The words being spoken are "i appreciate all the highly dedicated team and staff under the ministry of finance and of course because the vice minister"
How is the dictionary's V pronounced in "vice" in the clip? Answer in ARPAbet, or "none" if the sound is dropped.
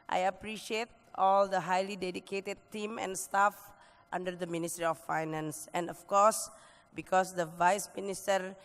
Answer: V